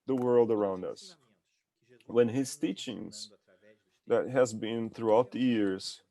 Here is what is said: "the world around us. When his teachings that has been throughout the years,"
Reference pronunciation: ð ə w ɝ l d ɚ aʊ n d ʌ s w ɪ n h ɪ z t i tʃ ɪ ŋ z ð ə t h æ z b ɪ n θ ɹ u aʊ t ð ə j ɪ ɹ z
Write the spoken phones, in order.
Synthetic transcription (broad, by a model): ð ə w ɝ l d ɚ aʊ n d ʌ s w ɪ n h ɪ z t i tʃ ɪ ŋ z ð ə t h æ z b ɪ n θ ɹ u aʊ t ð ə j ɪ ɹ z